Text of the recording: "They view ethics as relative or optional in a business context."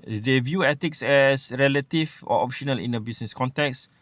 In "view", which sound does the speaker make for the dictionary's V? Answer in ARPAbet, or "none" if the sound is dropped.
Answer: V